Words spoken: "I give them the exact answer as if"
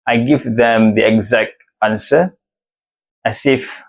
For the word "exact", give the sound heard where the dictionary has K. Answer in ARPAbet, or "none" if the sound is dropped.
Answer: K